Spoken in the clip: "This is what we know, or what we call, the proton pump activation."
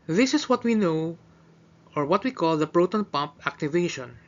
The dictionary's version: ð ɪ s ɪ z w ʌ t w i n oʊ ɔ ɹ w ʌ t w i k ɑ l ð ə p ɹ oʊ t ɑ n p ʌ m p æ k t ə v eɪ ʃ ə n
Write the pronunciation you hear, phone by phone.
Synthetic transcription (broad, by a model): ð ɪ s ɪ s w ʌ t w i n oʊ ɔ ɹ w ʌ t w i k ɑ l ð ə p ɹ oʊ t ɑ n p ʌ m p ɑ k t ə v eɪ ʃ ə n